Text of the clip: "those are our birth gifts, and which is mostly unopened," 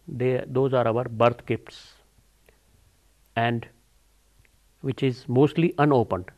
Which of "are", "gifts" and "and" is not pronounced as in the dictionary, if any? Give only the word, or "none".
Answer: gifts